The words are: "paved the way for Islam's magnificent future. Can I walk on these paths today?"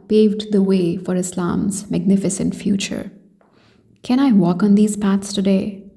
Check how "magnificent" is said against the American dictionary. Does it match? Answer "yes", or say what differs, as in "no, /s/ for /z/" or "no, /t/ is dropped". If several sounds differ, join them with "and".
yes